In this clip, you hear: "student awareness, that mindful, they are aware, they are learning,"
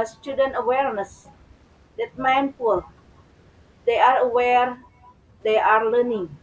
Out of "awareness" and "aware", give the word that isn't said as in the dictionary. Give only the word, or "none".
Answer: none